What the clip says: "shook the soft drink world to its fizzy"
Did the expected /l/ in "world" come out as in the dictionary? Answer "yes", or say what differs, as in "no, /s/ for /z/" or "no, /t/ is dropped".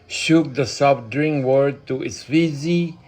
no, /l/ is dropped